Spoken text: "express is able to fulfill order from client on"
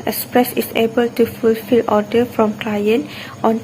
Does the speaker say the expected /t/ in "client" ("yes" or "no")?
yes